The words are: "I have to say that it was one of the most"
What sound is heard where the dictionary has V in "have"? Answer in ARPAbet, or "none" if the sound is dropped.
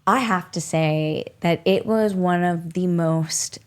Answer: F